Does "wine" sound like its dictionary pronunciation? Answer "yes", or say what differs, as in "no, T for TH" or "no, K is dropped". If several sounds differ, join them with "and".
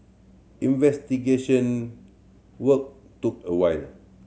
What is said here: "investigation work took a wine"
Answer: no, L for N